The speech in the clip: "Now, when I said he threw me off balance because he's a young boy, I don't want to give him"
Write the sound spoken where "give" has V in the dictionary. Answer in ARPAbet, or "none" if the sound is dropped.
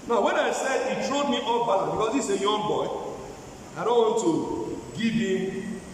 B